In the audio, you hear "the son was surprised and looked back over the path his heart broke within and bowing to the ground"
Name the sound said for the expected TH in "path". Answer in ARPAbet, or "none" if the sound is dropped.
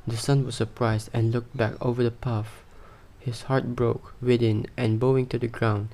F